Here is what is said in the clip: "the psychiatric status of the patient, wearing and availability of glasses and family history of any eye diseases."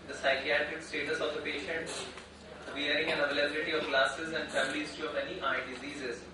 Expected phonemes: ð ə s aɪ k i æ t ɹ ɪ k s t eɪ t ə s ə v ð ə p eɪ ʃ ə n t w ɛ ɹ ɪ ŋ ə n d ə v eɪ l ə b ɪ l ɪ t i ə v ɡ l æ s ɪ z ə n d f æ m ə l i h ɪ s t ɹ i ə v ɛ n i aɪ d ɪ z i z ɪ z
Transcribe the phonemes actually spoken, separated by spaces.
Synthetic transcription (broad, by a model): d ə s aɪ k i æ t ɹ ɪ k s t eɪ t ə s ə v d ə p eɪ ʃ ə n t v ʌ ɹ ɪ ŋ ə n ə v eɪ l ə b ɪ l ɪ t i ə v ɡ l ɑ s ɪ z ə n d f æ m ə l i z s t i ə v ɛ n i aɪ d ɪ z i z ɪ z